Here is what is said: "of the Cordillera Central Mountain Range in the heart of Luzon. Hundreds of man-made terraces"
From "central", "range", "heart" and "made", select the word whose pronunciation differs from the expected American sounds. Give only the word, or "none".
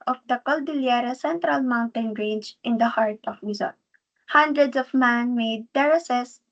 range